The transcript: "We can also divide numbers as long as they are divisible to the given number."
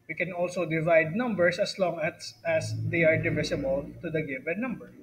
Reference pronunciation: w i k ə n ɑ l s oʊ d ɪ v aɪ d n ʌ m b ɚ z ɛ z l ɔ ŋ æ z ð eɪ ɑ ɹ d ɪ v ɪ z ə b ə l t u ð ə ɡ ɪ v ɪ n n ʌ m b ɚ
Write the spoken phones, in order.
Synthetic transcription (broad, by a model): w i k ə n ɑ l s oʊ d ɪ v aɪ d n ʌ m b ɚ s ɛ s l ɔ ŋ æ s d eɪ ɑ ɹ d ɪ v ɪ s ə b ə l t u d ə ɡ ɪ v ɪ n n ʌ m b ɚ